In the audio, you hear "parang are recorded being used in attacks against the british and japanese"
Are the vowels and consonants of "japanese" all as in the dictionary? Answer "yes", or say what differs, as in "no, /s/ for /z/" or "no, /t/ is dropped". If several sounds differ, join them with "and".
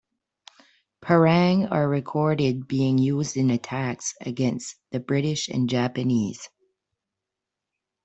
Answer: yes